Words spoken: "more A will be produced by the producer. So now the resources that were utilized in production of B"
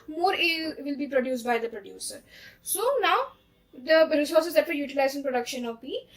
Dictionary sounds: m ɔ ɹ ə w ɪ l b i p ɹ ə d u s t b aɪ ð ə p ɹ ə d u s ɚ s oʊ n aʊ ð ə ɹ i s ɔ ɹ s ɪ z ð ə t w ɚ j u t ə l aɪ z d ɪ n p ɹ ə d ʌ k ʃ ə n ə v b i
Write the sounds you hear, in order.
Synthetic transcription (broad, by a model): m ɔ ɹ ə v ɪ l b i p ɹ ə d u s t b aɪ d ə p ɹ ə d u s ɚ s oʊ n aʊ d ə ɹ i s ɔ ɹ s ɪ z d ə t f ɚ j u t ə l aɪ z ɪ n p ɹ ə d ʌ k ʃ ə n ə v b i